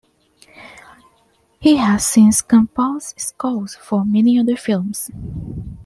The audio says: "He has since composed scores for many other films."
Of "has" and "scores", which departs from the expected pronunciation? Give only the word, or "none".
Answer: scores